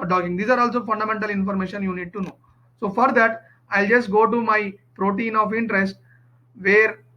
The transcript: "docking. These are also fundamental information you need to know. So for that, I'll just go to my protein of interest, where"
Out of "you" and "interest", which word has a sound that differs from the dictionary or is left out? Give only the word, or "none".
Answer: none